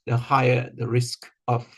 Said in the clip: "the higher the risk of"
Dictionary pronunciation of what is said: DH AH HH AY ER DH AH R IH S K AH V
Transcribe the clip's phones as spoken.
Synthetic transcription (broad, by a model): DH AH HH AY ER DH AH R IH S K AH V